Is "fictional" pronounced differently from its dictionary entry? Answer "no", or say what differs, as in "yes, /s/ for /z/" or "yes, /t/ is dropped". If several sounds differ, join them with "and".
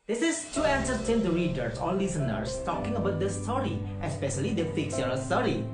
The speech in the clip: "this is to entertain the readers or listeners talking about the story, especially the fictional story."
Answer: yes, /s/ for /ʃ/